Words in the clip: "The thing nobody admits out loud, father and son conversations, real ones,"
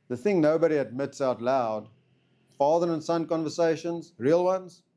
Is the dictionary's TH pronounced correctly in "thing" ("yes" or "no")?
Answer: yes